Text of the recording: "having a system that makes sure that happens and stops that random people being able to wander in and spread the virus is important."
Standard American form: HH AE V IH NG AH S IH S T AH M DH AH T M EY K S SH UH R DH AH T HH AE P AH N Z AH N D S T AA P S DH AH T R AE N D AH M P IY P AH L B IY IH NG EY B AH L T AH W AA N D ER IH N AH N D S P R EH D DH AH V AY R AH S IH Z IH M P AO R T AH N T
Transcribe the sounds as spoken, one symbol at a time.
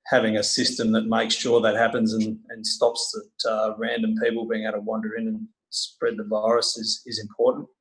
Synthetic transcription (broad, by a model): HH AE V IH NG AH S IH S T AH M DH AH T M EY K S SH UH R DH AH T HH AE P AH N Z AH N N S T AA P S DH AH T R AE N D AH M P IY P L B IY IH NG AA AH T AH W AA N D ER IH N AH N S P R EH D DH AH V AY R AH S IH Z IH M P AO R T N T